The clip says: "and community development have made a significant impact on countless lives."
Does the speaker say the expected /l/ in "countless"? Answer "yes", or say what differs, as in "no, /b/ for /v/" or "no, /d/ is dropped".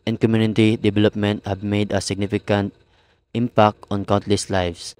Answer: yes